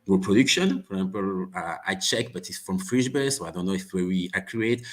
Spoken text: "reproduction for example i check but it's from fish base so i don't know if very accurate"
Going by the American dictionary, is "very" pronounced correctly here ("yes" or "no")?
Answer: no